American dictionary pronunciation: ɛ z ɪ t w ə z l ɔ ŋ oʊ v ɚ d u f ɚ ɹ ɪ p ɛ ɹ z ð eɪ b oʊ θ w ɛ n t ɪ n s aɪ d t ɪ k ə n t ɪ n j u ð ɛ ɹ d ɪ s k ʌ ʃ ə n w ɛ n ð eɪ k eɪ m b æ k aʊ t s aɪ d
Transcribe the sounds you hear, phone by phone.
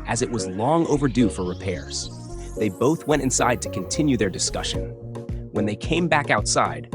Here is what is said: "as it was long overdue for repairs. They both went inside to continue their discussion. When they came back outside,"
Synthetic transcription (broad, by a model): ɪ z ɪ t w ə z l ɔ ŋ oʊ v ɚ d u f ɚ ɹ ɪ p ɛ ɹ z ð eɪ b oʊ θ w ɛ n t ɪ n s aɪ d t ɪ k ə n t ɪ n j u ð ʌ ɹ d ɪ s k ʌ ʃ ə n w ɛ n ð eɪ k eɪ m b æ k aʊ t s aɪ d